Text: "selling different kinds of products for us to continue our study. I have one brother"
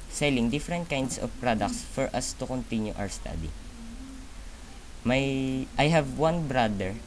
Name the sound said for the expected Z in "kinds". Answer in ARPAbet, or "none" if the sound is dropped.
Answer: S